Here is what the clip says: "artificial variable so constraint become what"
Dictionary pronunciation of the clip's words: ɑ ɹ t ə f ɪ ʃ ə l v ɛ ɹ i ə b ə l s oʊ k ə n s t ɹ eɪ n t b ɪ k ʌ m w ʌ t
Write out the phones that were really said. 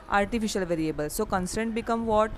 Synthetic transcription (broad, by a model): ɑ ɹ t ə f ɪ ʃ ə l v ɛ ɹ i ə b ə l s oʊ k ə n s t eɪ n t b ɪ k ʌ m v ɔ t